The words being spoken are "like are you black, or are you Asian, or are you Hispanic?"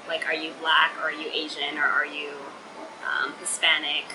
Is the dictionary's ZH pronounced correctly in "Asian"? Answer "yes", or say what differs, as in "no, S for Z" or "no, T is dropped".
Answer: yes